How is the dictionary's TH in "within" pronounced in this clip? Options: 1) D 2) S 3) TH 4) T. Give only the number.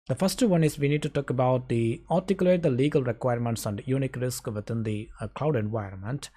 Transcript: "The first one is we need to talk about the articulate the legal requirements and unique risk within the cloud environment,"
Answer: 4